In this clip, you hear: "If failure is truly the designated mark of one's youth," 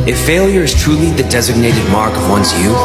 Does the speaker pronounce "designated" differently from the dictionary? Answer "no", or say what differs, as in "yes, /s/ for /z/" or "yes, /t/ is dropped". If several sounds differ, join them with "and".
no